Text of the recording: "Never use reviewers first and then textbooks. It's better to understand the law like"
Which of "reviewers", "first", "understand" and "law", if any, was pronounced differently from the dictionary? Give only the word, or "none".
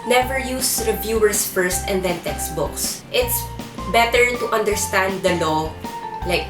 reviewers